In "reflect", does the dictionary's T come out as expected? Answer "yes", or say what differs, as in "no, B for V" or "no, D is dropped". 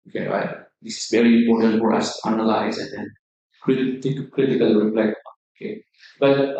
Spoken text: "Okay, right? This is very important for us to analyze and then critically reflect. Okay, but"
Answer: no, T is dropped